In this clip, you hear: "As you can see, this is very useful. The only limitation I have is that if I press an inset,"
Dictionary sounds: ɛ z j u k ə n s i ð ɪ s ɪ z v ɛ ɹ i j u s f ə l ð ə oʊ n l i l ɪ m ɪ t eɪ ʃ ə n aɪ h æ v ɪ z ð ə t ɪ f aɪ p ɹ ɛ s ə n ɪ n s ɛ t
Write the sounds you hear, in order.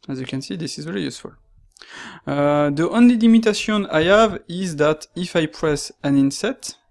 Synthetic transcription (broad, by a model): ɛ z j u k ə n s i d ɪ s ɪ z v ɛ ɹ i j u s f ə l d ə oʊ n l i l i m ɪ t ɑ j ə aɪ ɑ v ɪ z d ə t ɪ f aɪ p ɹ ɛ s ə n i n s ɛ t